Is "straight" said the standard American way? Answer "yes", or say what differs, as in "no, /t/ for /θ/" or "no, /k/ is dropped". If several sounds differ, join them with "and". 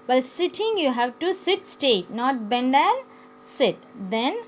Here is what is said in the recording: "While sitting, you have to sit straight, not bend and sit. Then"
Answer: no, /ɹ/ is dropped